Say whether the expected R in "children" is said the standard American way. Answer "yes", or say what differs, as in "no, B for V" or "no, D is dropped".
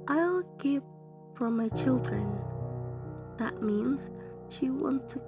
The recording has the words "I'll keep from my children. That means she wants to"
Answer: yes